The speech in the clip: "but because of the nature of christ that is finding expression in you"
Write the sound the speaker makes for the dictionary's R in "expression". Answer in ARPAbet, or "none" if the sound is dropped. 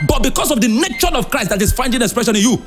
R